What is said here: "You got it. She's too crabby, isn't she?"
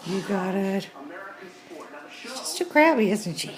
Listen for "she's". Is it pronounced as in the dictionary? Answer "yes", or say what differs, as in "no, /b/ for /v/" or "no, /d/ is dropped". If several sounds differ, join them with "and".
no, /s/ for /z/